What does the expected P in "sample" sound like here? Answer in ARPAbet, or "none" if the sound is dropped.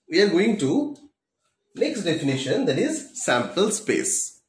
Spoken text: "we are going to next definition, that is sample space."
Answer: P